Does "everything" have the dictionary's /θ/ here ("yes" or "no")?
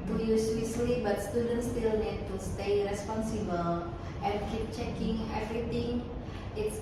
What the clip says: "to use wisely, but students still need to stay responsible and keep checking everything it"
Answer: no